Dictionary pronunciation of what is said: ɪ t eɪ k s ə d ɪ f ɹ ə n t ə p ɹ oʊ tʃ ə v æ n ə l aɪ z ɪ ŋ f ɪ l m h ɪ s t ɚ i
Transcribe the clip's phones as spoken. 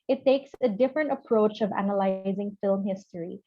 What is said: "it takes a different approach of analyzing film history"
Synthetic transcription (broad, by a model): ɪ t eɪ k s ə d ɪ f ɹ ə n t ə p ɹ oʊ tʃ ə v æ n ə l aɪ z ɪ ŋ f ɪ l m h ɪ s t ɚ i